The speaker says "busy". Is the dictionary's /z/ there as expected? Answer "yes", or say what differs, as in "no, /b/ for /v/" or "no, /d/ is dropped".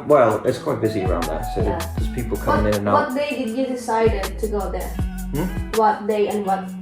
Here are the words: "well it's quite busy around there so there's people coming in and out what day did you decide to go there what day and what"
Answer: yes